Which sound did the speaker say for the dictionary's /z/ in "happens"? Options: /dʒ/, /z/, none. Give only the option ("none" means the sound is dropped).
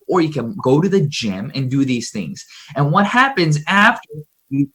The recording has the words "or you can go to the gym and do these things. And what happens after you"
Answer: /z/